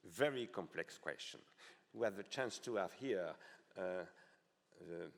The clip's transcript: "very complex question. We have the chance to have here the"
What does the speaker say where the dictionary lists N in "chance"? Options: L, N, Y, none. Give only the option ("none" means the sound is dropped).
N